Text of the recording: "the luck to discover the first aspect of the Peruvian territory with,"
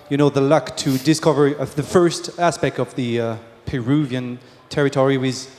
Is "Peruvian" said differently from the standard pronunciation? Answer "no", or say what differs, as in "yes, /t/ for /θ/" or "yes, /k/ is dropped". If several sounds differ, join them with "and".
no